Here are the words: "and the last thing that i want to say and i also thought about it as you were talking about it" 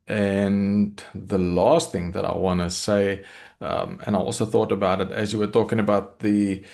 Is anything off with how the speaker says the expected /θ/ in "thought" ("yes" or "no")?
no